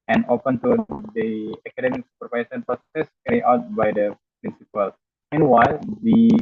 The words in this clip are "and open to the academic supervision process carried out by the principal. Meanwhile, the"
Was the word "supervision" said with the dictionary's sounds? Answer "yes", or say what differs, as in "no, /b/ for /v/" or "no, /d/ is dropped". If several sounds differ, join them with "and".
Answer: no, /s/ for /ʒ/